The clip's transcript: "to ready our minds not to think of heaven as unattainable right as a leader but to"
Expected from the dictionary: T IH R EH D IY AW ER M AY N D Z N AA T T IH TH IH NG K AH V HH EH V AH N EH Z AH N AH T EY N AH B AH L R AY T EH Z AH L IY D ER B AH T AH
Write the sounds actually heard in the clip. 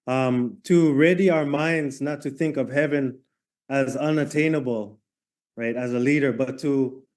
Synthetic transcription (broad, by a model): T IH R EH D IY AW ER M AY N D Z N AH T T IH TH IH NG K AH V HH EH V AH N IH Z AH N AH T EY N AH B L R AY T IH Z AH L IY D ER B AH T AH